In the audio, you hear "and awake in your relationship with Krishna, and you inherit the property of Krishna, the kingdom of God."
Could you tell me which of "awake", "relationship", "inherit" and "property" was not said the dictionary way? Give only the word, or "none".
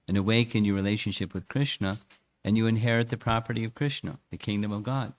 none